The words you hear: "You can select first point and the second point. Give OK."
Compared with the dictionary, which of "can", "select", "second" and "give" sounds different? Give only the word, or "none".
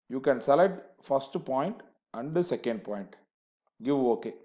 select